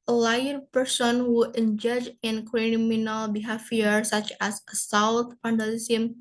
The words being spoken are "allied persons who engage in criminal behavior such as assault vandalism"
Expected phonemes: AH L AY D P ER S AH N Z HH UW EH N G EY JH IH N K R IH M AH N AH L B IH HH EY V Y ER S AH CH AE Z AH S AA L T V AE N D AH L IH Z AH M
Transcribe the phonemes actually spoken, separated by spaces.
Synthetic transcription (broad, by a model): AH L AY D P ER S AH N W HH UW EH N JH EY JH IH N K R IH M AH N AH L B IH HH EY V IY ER S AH CH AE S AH S AA W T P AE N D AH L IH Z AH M